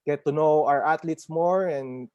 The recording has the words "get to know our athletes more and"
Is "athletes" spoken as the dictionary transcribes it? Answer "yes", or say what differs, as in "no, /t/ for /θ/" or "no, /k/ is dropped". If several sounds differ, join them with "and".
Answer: no, /t/ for /θ/